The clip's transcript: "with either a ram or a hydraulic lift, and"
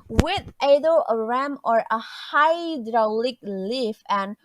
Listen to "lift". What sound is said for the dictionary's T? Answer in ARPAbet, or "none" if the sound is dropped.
none